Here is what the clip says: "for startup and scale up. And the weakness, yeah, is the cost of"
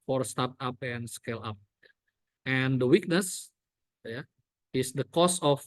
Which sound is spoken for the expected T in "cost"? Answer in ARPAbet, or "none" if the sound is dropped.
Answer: none